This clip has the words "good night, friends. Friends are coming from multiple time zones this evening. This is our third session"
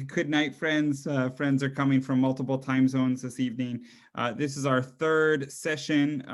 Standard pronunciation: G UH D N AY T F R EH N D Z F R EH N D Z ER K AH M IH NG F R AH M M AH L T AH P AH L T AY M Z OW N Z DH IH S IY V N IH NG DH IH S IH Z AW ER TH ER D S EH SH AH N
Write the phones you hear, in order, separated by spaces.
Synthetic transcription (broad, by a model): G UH D N AY T F R EH N D Z F R EH N D Z ER K AH M IH NG F R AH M M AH L T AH P L T AY M Z OW N Z DH IH S IY V N IH NG DH IH S IH Z AW ER TH ER D S EH SH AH N